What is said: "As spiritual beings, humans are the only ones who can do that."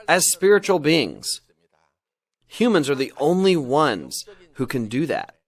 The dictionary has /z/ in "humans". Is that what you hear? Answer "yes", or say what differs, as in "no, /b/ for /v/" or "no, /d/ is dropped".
yes